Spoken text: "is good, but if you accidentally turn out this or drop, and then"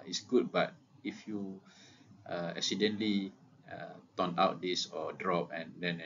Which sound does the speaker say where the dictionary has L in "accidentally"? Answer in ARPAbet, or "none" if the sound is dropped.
none